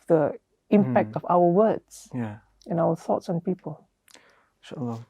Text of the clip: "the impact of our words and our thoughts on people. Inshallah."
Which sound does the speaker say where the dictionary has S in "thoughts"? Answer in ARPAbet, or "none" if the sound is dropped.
S